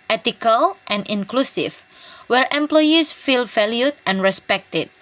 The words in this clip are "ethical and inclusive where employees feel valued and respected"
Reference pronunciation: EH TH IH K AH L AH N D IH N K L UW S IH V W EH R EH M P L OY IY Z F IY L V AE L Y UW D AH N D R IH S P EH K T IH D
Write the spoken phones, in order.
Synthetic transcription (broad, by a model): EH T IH K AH L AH N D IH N K L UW S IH F W EH R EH M P L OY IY S F IY L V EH L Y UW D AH N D R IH S P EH K T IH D